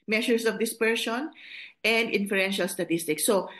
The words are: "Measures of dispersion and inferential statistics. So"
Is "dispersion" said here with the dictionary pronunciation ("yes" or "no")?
no